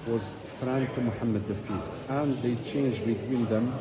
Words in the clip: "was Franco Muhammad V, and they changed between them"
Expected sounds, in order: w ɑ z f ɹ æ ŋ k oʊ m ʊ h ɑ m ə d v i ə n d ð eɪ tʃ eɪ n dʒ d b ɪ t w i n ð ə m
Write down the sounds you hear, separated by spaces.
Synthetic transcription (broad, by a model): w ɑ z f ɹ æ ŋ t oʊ m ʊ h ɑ m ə d f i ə n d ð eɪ tʃ eɪ n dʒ b ɪ t w i n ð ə m